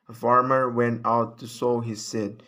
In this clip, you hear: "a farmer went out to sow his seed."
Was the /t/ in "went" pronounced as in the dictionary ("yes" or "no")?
yes